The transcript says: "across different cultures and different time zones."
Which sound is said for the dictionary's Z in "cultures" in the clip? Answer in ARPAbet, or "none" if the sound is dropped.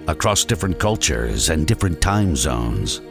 Z